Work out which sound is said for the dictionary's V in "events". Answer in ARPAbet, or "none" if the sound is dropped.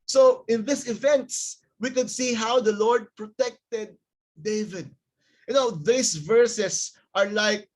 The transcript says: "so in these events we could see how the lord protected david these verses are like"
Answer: V